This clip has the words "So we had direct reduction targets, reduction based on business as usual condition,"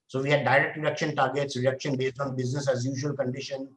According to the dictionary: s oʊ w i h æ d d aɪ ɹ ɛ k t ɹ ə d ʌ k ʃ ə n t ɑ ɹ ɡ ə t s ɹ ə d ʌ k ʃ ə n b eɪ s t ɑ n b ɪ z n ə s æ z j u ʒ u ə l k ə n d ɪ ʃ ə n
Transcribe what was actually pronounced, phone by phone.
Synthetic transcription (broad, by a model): s oʊ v i h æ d d aɪ ɹ ɛ k t ɹ ə d ʌ k ʃ ə n t ɑ ɹ ɡ ə t s ɹ ə d ʌ k ʃ ə n b eɪ s t ɑ n b ɪ z n ə s æ z j u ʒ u ə l k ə n d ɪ ʃ ə n